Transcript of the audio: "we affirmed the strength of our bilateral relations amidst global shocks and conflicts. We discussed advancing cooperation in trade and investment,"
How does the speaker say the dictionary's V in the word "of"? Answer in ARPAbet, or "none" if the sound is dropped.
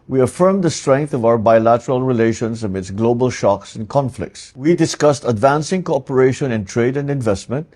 V